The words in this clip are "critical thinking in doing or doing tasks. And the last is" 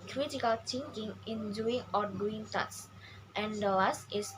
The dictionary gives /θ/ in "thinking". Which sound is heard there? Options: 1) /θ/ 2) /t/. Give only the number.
2